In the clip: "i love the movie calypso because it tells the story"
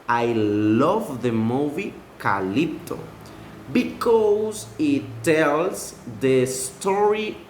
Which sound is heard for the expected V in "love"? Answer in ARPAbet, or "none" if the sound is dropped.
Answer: V